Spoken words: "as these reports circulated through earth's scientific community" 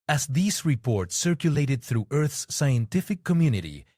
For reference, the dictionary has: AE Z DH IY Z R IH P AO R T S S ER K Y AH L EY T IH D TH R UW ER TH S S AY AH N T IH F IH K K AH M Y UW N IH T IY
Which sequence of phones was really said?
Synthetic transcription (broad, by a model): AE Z DH IY Z R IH P AO R T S S ER K Y AH L EY T IH D TH R UW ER TH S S AY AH N T IH F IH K K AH M Y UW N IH T IY